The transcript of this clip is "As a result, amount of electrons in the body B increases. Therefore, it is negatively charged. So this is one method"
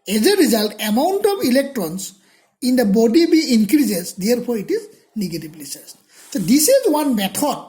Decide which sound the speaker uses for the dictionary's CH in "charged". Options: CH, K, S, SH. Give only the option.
S